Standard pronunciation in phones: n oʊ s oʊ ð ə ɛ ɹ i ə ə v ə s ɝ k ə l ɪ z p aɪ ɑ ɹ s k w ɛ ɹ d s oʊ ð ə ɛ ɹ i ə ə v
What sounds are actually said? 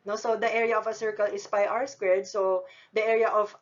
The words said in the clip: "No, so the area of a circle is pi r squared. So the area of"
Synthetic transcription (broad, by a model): n oʊ s oʊ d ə ɛ ɹ i ə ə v ə s ɝ k ə l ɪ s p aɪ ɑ w s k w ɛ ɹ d s oʊ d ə ɛ ɹ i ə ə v